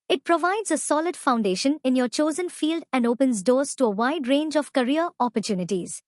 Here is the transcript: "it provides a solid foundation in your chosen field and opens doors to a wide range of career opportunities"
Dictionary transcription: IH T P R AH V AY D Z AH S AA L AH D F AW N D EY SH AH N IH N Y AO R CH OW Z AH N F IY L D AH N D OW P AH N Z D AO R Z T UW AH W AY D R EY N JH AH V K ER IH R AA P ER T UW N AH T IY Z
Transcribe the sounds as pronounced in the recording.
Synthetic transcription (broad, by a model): IH T P R AH V AY D Z AH S AA L AH D F AW N D EY SH AH N IH N Y AO R CH OW Z AH N F IY L D AH N D OW P AH N Z D AO R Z T UW AH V AY D R EY N JH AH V K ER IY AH AA P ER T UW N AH T IY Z